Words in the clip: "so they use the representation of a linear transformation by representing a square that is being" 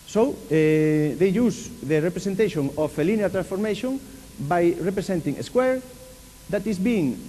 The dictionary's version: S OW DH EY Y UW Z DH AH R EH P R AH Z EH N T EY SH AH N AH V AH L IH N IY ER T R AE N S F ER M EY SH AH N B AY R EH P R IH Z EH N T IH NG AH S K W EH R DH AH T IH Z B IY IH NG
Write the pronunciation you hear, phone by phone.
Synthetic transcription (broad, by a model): S OW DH EY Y UW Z DH AH R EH P R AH S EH N T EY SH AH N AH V AH L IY N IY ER T R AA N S F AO M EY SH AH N B AY R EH P R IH S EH N T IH NG AH S K W EH R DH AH T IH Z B IY NG